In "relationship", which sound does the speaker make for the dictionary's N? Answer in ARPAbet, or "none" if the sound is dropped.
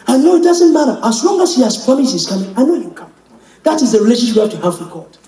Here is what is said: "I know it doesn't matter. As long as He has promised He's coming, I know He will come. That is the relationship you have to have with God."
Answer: none